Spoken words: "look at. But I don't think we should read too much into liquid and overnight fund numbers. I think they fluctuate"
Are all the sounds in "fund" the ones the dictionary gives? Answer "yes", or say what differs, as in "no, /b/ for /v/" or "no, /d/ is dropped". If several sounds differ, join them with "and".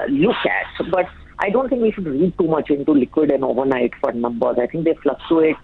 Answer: no, /n/ is dropped